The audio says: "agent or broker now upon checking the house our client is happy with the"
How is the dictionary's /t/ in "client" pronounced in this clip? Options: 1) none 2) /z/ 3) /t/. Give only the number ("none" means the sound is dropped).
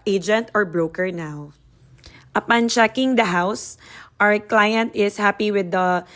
3